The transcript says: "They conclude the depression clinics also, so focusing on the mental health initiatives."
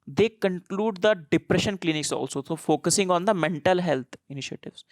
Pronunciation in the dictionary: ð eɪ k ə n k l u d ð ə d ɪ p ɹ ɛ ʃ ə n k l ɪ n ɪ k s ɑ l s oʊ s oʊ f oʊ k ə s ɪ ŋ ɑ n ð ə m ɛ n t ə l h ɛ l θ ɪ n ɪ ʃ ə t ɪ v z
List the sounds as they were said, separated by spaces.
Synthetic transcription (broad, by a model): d eɪ k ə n k l u d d ə d ɪ p ɹ ɛ ʃ ə n k l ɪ n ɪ k s ɑ l s oʊ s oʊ f oʊ k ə s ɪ ŋ ɑ n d ə m ɛ n t ə l h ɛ l t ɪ n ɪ ʃ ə t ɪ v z